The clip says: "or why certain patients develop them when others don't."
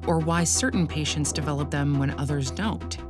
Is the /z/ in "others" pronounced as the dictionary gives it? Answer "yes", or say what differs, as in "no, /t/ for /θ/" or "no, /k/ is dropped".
yes